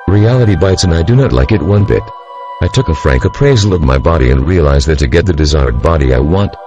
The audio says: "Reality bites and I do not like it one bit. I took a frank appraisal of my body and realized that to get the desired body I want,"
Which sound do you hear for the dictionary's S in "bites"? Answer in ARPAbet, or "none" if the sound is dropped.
S